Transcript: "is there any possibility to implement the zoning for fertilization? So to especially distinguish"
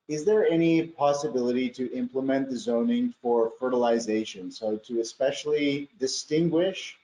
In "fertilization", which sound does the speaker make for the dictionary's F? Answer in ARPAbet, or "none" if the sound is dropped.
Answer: F